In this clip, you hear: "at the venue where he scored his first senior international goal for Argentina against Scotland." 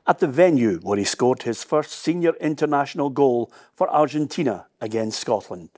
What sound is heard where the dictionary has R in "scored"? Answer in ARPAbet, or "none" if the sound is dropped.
R